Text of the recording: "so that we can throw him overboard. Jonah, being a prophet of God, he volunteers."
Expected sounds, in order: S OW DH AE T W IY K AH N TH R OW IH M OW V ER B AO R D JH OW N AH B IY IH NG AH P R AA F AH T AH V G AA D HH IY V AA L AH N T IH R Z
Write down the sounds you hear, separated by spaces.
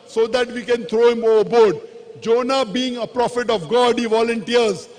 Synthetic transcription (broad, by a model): S OW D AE T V IY K AH N T R OW IH M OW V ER B AO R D JH OW N AH B IY IH NG AH P R AA F AH T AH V G AA D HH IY V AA L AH N T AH R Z